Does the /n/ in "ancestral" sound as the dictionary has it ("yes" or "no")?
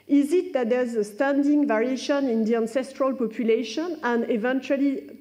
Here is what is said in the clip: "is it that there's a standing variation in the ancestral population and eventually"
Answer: yes